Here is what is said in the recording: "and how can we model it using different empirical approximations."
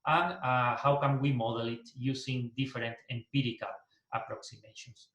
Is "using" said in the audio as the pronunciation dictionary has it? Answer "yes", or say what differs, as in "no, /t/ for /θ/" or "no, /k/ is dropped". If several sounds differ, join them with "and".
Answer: no, /s/ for /z/